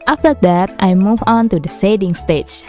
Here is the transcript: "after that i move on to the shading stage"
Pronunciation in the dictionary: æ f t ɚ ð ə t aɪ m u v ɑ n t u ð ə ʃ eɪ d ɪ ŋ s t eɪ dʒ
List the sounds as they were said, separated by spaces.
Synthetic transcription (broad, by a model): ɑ f t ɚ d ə t aɪ m u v ɑ n t u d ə s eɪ d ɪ ŋ s t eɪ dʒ